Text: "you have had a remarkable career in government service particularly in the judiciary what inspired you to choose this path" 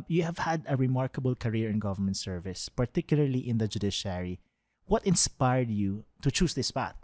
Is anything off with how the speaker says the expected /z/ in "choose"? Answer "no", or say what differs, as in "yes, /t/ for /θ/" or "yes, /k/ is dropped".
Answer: yes, /s/ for /z/